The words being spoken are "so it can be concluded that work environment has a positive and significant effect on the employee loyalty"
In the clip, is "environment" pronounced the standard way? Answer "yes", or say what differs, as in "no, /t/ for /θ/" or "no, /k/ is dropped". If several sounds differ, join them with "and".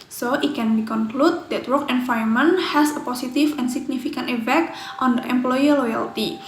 no, /ɹ/ is dropped